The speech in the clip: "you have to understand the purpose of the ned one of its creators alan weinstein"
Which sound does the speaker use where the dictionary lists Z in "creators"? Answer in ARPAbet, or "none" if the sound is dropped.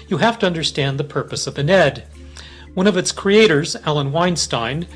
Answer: Z